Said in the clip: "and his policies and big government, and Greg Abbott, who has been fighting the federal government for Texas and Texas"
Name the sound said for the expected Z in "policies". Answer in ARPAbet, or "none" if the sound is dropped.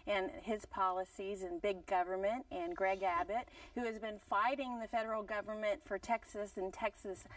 Z